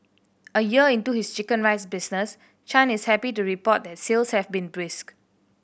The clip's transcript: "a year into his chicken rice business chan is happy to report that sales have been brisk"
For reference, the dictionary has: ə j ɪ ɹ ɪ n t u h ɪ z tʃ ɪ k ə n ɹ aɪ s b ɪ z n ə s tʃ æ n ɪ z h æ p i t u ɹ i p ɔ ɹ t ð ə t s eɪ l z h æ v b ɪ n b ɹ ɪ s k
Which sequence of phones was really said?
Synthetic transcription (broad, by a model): ə j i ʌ ɪ n t u h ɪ s tʃ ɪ k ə n ɹ aɪ s b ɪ s n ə s tʃ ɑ n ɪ s h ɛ p i t u ɹ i p ɔ t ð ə t s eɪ l s h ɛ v b ɪ n b ɹ ɪ s k